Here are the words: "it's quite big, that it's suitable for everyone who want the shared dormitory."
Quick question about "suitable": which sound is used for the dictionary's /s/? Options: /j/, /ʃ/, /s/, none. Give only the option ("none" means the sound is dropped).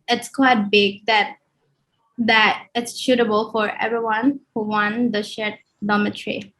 /ʃ/